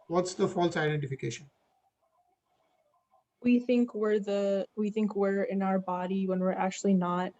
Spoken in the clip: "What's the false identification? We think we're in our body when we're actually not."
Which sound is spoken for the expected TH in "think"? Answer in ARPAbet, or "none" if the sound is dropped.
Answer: TH